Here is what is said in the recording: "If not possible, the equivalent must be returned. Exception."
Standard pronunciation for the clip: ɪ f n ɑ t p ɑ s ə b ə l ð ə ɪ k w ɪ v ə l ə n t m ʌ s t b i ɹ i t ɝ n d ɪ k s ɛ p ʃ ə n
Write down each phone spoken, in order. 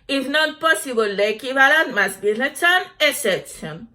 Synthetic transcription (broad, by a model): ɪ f n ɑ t p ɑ s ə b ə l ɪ k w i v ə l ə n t m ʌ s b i l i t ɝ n ɪ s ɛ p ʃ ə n